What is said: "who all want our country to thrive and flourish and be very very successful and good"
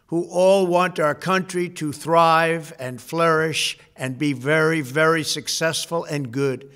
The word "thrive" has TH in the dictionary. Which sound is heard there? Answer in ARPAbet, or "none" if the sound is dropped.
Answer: TH